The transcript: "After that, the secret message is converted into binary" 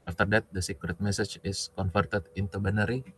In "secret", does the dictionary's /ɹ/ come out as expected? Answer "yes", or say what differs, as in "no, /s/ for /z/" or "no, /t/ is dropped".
yes